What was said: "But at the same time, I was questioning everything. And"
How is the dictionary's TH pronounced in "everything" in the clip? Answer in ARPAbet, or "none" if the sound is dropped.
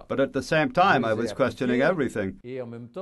TH